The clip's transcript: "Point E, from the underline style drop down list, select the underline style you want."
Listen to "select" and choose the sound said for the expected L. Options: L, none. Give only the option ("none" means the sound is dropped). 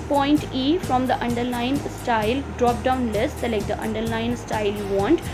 none